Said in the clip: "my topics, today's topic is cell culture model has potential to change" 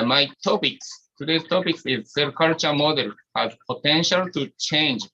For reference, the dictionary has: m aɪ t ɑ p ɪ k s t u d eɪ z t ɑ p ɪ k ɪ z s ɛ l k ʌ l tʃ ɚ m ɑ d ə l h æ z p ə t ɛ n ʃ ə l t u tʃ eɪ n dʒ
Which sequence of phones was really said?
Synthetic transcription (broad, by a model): m aɪ t ɑ p ɪ k s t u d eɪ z t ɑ p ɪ k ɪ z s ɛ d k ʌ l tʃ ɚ m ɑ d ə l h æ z p ə t ɛ n ʃ ə l t u tʃ eɪ n dʒ